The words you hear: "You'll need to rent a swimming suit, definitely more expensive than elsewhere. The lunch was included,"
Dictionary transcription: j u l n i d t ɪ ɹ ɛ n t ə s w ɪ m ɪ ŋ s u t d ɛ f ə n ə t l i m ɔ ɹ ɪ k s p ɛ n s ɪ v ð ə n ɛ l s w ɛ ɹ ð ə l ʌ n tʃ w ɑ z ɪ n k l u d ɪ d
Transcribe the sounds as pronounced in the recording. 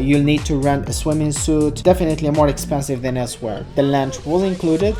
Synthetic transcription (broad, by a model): j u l n i d t ɪ ɹ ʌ n ə s w ɪ m ɪ ŋ s u t d ɛ f ə n ə t l i m ɔ ɹ ɪ k s p ɛ n s ɪ v ð ə n ɛ l s w ɛ ɹ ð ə l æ n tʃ w ɑ z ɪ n k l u d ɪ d